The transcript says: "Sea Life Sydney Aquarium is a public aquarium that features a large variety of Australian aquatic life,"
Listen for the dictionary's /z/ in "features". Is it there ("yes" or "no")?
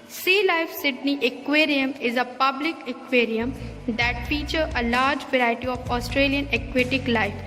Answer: no